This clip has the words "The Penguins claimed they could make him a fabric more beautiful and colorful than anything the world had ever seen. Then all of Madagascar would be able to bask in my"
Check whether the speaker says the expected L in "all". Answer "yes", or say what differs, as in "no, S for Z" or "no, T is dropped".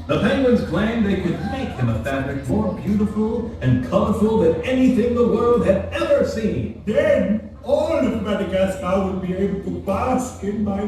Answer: no, N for L